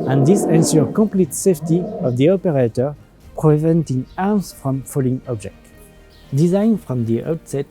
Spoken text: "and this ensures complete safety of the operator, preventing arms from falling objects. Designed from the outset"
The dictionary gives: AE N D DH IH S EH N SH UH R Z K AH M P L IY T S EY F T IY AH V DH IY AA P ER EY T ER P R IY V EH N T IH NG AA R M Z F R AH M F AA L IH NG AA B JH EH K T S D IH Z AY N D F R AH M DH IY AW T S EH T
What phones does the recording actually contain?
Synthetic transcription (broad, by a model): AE N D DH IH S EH N S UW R K AH M P L IY T S EY F T IY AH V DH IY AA P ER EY T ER P R IY V EH N T IH NG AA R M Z F R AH M F AA L IH NG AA B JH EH K T D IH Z AY N F R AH M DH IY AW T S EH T